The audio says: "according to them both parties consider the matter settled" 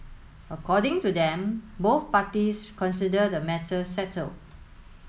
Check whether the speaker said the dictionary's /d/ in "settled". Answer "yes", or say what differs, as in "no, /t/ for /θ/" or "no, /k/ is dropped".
no, /d/ is dropped